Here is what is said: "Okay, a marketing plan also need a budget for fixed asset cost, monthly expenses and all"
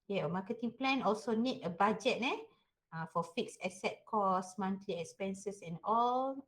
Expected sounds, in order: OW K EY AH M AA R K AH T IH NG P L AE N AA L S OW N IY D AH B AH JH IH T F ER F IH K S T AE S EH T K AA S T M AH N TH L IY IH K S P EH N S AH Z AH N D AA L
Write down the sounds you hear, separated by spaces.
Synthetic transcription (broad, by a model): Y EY AH M AA K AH T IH NG P L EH N AA L S OW N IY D AH B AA JH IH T F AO F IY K S EH S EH T K AA S M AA N T L IY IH K S P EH N S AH S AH N AA L